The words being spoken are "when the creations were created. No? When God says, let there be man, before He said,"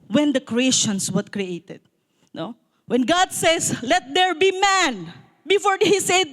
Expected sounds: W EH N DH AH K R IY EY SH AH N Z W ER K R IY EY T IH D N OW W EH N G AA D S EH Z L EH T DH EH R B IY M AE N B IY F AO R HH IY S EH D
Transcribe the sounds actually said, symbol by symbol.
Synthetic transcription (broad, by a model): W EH N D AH K R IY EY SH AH N S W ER K R IY EY T IH D N OW W EH N G AA D S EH S L EH T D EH R B IY M AE N B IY F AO R HH IY S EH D